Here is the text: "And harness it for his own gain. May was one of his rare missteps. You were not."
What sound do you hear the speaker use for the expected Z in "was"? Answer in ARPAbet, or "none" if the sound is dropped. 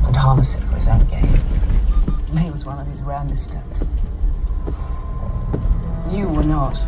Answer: Z